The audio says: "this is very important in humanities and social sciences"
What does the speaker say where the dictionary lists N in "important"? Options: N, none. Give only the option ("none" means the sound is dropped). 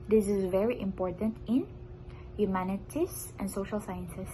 N